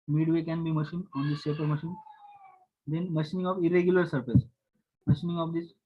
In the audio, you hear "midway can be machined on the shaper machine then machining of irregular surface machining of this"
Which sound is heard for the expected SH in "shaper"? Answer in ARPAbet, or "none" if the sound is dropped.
S